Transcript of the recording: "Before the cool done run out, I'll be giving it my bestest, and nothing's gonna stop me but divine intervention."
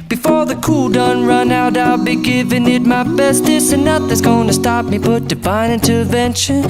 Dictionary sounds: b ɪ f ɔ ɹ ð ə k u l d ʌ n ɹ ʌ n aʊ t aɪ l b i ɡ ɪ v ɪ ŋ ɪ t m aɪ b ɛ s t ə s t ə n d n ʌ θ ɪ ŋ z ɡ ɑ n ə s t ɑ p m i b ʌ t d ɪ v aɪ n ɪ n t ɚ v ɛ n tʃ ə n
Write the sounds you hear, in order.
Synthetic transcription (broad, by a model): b ɪ f ɔ ɹ ð ə k u l d ʌ n ɹ ʌ n aʊ t aɪ l b i ɡ ɪ v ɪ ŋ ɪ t m aɪ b ɛ s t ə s ə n n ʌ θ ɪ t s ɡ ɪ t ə s t ɑ p m i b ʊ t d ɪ b aɪ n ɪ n t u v ɛ n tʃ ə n